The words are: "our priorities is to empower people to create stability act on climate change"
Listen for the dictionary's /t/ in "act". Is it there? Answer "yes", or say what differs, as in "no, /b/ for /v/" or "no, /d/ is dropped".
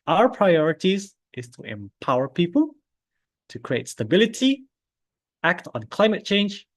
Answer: yes